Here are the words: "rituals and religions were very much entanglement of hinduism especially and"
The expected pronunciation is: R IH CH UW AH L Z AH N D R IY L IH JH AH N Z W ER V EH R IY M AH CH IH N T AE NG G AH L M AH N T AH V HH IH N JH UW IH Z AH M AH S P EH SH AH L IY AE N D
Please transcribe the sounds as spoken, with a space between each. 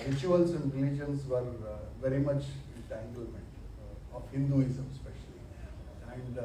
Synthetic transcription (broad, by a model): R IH CH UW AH L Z AH N D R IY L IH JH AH N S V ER V EH R IY M AH CH IH N T AE NG G AH L M AH N T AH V HH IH N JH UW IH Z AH M S P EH SH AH L IY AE N D